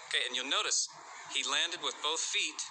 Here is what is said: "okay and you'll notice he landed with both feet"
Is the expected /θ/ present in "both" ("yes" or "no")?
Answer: yes